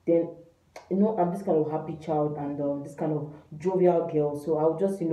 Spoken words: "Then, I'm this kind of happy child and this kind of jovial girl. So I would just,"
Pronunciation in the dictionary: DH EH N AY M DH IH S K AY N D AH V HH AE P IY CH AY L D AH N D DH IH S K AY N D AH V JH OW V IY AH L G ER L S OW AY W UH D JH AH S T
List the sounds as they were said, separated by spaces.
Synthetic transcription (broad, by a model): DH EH N AY M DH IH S K AY N D AH V HH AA P IY CH AY L D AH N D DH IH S K AY N D AH V JH OW V IY AH L G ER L S OW AY W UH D JH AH S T